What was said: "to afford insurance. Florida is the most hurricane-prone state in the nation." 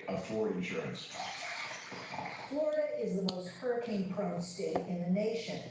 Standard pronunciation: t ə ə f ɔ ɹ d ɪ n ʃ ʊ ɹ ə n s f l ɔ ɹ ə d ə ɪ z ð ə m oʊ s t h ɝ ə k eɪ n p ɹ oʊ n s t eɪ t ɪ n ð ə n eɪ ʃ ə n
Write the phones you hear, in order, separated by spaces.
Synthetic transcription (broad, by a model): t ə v f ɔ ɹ ɪ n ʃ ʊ ɹ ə n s f l ɔ ɹ ə d ə ɪ z ð ə m oʊ s t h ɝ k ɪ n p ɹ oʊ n s t eɪ t ɪ n ð ə n eɪ ʃ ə n